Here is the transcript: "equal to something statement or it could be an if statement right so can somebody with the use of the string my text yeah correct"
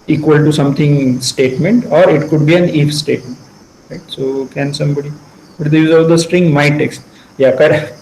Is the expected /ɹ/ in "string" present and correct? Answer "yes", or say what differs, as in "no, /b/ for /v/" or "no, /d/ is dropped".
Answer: yes